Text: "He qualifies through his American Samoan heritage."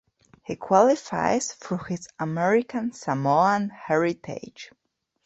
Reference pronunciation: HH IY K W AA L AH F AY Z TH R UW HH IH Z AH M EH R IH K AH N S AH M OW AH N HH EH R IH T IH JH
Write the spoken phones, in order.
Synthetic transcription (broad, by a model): HH IY K W AA L AH F AY Z F R HH IH Z AH M EH R IH K AH N S AH M OW AH N HH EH R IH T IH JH